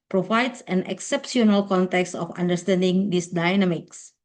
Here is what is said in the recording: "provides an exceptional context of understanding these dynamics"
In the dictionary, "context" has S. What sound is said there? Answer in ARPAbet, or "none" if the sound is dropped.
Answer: S